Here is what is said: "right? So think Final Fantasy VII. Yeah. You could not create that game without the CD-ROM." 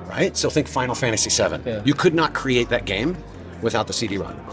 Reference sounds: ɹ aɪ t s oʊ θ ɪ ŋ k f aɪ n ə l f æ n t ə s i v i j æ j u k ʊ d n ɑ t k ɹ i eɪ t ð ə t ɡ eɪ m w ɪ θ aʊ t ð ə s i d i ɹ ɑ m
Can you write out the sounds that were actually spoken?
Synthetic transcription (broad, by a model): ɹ aɪ t s oʊ θ ɪ ŋ k f aɪ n l f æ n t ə s i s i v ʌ j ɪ k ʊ d n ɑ t k ɹ i eɪ t ð ə t ɡ eɪ m w ɪ θ aʊ t ð ə s i d i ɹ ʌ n